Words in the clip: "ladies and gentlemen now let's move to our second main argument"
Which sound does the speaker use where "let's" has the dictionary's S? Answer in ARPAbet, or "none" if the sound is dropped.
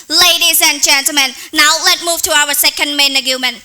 none